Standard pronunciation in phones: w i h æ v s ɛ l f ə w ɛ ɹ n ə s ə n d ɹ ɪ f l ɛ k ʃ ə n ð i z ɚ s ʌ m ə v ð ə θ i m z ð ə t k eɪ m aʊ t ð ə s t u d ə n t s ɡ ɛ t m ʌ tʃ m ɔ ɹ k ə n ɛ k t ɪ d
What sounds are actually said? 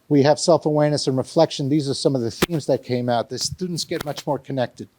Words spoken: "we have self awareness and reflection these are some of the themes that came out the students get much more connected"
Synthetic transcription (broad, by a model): w i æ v s ɛ l f ə w ɛ ɹ n ə s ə n ɹ ɪ f l ɛ k ʃ ə n ð i z ɚ s ʌ m ə v ð ə θ i m z ð ə t k eɪ m aʊ t ð ə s t u d n t s ɡ ɛ t m ʌ tʃ m ɔ ɹ k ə n ɛ k t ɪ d